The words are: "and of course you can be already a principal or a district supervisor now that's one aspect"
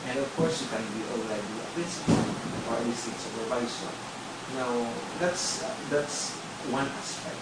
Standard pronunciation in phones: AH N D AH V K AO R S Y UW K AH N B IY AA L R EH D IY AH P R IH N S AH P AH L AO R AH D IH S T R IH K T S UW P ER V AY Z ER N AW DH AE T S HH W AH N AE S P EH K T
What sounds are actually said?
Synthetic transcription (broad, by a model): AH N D AH V K AO R S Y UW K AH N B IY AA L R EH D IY AH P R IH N S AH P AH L AO R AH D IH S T IH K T S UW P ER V AY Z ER N AW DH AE T S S W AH N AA S P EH K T